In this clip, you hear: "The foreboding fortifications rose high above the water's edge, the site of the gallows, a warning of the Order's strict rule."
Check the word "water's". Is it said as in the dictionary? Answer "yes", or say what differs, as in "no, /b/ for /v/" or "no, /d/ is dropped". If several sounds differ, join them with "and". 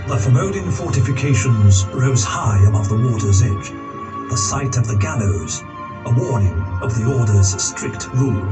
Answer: yes